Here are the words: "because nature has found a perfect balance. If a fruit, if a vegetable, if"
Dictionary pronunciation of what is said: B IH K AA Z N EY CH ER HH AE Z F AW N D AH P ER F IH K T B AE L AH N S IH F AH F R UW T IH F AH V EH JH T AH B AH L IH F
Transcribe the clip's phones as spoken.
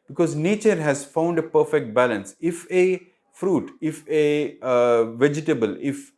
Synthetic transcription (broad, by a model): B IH K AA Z N EY CH ER HH AE Z F AW N D AH P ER F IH K T B AE L AH N S IH F AH F R UW T IH F AH V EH JH T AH B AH L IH F